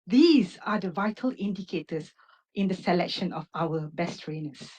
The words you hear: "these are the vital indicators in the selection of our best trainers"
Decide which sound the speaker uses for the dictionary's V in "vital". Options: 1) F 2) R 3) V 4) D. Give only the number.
3